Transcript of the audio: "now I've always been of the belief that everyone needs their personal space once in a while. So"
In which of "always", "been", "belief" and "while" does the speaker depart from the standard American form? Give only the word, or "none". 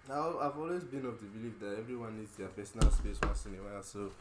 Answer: none